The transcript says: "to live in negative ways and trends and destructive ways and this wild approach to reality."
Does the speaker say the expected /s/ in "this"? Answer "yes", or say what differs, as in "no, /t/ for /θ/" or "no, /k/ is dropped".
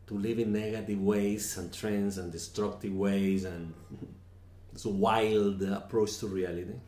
no, /s/ is dropped